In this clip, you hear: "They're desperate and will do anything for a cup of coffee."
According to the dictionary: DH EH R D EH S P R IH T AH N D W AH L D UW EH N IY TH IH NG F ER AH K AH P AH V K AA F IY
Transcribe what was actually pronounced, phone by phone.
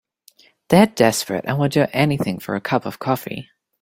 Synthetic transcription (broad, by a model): DH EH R D EH S P R IH T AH N W AH L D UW EH N IY TH IH NG F ER AH K AH P AH V K AA F IY